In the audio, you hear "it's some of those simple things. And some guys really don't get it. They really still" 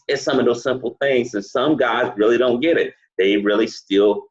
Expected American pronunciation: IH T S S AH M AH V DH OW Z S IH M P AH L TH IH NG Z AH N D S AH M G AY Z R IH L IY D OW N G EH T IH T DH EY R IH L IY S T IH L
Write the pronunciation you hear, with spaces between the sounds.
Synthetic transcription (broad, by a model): IH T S S AH M AH V DH OW Z S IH M P L TH IH NG Z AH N S AH M G AY Z R IH L IY D OW N G EH T IH T DH EY R IH L IY S T IH L